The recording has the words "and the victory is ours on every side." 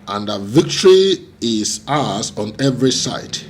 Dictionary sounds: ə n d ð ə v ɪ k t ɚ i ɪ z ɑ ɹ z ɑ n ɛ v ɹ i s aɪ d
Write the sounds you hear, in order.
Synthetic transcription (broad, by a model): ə n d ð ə v ɪ k t ɚ i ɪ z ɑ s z ɑ n ɛ v ɹ i s aɪ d